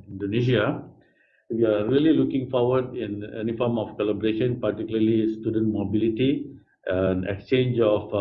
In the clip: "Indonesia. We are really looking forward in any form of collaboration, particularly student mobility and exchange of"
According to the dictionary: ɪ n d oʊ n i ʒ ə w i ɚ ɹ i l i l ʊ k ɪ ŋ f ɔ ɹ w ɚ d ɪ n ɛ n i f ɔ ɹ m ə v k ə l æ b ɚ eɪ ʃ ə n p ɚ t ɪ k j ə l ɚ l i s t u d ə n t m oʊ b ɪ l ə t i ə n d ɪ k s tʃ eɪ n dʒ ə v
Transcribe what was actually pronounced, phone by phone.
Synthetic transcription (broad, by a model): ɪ n d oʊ n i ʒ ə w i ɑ ɹ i l i l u k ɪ ŋ f ɔ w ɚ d ɪ n ɛ n i f ɔ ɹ m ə f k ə l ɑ b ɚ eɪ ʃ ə n p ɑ t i k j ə l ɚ l i s t u d ə n t m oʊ b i l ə t i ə n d ɪ k s tʃ eɪ n dʒ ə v